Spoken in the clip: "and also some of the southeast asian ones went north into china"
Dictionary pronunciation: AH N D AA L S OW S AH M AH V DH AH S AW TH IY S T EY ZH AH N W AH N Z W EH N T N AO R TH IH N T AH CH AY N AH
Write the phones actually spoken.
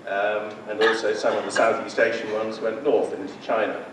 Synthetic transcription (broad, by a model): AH N AA L S OW S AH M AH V DH AH S AW TH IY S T EY SH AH N W AH N Z W EH N T N AO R TH IH N T AH CH AY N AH